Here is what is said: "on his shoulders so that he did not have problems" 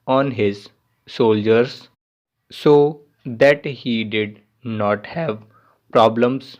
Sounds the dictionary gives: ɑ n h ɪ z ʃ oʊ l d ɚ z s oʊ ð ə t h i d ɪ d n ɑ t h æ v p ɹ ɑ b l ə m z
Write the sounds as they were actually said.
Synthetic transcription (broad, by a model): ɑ n h ɪ z s oʊ l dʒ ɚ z s oʊ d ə t h i d ɪ d n ɑ t h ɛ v p ɹ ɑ b l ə m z